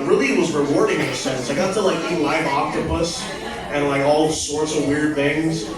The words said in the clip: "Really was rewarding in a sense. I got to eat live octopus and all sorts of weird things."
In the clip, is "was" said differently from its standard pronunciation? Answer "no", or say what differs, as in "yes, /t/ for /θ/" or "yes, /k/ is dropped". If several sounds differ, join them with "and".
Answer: no